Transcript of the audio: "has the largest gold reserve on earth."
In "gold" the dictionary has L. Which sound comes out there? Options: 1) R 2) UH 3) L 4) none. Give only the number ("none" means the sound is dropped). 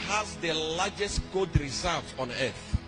4